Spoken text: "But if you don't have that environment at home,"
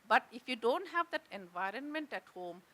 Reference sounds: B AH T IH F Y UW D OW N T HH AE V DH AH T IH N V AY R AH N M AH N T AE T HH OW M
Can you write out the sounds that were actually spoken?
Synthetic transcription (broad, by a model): B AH T IH F Y UW D OW N T HH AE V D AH T IH N V AY R AH N M AH N T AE T HH OW M